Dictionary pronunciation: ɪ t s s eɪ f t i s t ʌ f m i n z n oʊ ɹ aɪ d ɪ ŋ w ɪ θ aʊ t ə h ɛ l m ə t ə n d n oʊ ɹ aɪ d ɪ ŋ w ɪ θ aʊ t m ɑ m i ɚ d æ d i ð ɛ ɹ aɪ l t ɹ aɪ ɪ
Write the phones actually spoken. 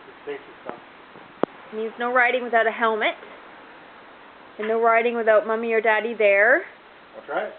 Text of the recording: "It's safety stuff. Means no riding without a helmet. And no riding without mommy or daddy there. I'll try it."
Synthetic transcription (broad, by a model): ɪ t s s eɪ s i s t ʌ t m i n z n oʊ ɹ aɪ d ɪ ŋ w ɪ θ aʊ t ə h ɛ l m ə t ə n n oʊ ɹ aɪ d ɪ ŋ w ɪ θ aʊ t m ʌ m i ɚ d æ d i ð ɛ ɹ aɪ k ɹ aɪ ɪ